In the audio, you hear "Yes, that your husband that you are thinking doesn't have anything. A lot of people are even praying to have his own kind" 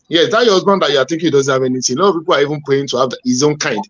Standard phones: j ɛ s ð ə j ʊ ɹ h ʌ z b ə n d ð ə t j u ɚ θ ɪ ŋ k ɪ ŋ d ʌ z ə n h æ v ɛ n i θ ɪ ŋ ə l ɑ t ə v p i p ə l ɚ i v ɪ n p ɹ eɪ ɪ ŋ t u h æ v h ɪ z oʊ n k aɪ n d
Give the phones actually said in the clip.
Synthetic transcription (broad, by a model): j ɛ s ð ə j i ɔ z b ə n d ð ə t j u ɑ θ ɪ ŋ k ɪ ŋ d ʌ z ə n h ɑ v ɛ n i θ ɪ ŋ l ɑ ə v p i p ə l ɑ i v ɪ n p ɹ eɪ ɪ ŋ t u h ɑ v h ɪ z oʊ n k aɪ n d